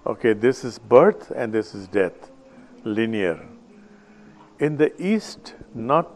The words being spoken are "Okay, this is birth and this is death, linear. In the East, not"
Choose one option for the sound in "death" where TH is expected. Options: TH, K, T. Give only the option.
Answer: T